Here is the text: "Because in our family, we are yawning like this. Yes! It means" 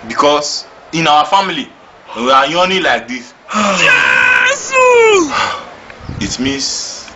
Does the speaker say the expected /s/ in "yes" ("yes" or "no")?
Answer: no